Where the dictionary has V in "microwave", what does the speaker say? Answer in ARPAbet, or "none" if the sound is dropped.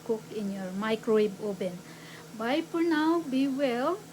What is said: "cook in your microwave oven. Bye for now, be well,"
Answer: B